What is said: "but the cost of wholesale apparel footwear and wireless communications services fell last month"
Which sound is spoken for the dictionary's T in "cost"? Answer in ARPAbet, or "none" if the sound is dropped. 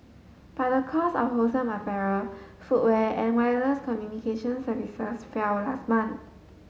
none